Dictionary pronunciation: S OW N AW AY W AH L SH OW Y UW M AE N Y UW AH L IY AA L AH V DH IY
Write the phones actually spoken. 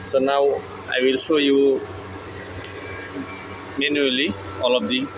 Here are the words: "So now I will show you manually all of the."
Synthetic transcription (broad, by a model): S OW N AW AY W AH L S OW Y UW M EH N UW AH L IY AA L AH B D IY